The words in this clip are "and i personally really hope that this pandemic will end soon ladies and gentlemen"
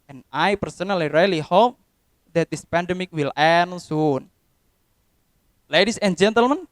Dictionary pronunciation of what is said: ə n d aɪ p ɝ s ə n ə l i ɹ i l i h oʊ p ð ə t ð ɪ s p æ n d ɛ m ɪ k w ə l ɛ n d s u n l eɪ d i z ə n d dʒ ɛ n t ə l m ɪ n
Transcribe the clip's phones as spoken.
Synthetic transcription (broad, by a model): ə n aɪ p ɝ s ə n ə l i ɹ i l i h oʊ p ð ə t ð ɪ s p æ n d ɛ m ɪ k w ə l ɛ n s u n l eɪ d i s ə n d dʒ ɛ n t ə l m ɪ n